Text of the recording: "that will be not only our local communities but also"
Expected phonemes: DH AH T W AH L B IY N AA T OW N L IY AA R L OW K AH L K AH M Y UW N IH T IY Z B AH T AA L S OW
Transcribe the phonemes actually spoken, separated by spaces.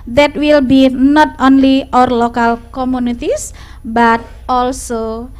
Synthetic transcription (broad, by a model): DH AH T W AH L B IY N AA T OW N L IY AA R L OW K AH L K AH M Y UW N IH T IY S B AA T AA L S OW